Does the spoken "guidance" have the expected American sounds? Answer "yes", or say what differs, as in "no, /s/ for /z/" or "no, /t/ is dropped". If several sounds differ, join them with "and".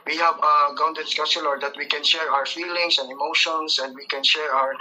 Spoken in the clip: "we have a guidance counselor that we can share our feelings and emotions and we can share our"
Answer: no, /n/ is dropped